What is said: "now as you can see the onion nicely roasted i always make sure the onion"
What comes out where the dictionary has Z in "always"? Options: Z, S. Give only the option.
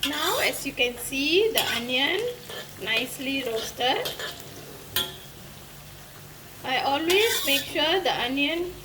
S